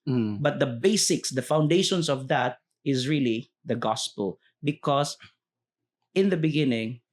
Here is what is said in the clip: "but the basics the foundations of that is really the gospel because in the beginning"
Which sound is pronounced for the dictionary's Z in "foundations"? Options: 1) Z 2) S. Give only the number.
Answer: 2